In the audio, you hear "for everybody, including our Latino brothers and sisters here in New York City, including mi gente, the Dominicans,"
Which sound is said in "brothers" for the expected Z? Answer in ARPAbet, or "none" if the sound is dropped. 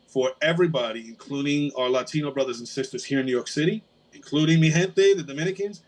Z